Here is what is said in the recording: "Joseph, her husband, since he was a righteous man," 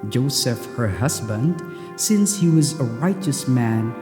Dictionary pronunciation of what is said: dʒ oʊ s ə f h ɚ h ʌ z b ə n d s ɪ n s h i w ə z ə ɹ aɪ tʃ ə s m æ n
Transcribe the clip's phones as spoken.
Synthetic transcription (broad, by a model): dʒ oʊ s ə f h ɚ h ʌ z b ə n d s ɪ n s h i w ə z ə ɹ aɪ tʃ ə s m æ n